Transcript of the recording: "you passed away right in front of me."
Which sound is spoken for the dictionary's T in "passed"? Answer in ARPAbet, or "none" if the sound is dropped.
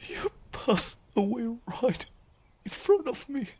none